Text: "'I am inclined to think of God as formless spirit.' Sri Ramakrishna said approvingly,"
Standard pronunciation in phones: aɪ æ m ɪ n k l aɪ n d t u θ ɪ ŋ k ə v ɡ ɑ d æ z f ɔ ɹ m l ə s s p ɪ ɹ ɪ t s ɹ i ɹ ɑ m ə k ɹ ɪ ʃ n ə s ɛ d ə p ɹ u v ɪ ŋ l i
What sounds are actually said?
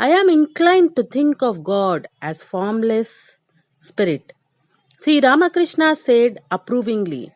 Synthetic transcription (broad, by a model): aɪ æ m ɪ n k l aɪ n d t u t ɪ ŋ k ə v ɡ ɑ d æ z f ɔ ɹ m l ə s s p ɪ ɹ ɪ t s i ɹ ɑ m ə k ɹ ɪ ʃ n ə s ɛ d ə p ɹ u v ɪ ŋ l i